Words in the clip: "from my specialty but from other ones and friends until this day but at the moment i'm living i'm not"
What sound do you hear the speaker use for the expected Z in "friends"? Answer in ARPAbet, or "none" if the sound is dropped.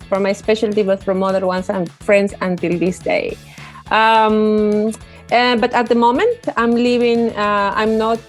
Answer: S